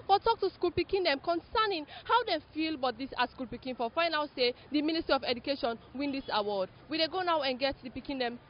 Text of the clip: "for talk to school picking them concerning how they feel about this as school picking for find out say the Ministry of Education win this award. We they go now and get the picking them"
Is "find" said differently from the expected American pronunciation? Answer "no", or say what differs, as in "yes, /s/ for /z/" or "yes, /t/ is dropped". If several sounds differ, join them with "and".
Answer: yes, /d/ is dropped